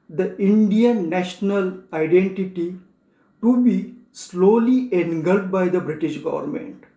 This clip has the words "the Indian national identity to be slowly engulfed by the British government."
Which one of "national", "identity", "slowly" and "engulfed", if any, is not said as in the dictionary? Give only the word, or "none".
engulfed